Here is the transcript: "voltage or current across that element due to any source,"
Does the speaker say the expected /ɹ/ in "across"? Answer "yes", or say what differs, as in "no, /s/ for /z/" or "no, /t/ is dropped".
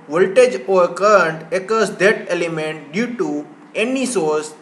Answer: no, /ɹ/ is dropped